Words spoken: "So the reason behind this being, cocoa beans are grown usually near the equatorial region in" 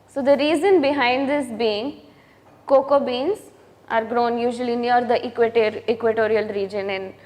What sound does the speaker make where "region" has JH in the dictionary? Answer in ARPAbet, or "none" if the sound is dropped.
JH